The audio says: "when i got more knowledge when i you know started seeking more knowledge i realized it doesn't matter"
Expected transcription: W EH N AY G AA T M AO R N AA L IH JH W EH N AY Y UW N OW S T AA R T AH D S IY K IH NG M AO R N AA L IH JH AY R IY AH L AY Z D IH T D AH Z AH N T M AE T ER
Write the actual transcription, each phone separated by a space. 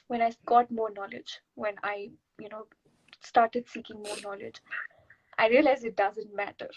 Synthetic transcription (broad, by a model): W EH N AY G AA T M AO R N AA L IH JH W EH N AY Y UW N OW S T AA R T AH D S IY K IH NG M AO R N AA L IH JH AY R IY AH L AY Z IH T D AH Z AH N T M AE T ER